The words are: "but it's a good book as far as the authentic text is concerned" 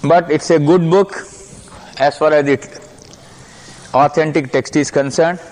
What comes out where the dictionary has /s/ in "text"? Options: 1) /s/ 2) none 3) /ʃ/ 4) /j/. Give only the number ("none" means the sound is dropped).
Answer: 1